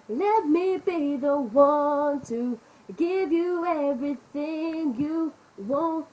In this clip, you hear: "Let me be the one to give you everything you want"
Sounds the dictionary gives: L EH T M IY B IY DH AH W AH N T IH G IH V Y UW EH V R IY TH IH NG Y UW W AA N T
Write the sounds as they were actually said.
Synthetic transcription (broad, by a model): L EH T M IY B IY DH AH W AH N T IH G IH V Y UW EH V R IY TH IH NG Y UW W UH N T